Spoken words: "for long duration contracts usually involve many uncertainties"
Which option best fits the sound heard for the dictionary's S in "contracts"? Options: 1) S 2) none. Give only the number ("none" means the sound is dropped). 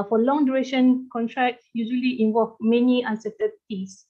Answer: 2